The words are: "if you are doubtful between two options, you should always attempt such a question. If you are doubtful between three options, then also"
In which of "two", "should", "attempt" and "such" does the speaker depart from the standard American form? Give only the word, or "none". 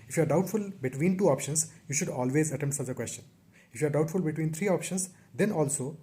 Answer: attempt